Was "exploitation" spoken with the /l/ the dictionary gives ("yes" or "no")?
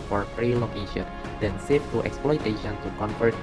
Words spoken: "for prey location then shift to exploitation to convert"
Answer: yes